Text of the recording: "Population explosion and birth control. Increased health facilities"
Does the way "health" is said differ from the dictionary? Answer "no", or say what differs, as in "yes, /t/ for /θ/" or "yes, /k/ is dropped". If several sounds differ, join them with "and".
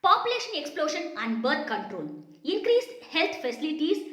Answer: yes, /t/ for /θ/